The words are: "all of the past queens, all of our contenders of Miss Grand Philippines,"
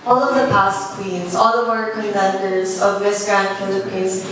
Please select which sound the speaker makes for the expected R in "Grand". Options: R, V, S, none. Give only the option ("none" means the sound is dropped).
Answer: R